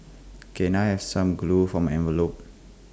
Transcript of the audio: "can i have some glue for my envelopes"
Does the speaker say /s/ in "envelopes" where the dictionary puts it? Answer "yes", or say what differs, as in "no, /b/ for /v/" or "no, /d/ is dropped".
no, /s/ is dropped